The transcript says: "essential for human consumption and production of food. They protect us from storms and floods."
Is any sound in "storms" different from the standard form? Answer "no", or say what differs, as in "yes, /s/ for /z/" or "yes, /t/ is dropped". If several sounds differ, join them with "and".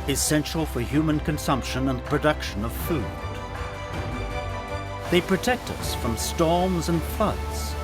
no